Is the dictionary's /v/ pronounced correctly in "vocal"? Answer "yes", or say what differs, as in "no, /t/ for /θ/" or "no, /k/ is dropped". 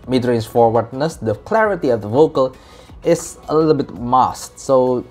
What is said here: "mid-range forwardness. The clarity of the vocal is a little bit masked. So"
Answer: yes